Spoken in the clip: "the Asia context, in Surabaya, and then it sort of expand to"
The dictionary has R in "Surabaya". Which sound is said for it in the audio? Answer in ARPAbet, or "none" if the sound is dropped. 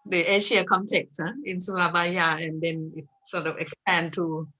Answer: L